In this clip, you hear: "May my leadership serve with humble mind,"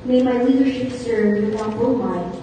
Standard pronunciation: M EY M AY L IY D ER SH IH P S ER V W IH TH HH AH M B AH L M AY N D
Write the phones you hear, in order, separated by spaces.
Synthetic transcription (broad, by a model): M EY M AY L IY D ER SH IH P S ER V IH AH B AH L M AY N